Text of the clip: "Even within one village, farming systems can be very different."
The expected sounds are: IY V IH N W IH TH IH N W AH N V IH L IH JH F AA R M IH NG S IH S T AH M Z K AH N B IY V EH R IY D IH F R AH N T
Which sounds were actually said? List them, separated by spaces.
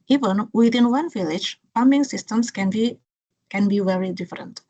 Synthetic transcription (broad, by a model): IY V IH N W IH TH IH N W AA N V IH L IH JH P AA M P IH NG S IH S T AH M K K AH N B IY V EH R IY D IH F R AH N T